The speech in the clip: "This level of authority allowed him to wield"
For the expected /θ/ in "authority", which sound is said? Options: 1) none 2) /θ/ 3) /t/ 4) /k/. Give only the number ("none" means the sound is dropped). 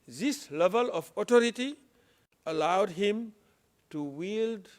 3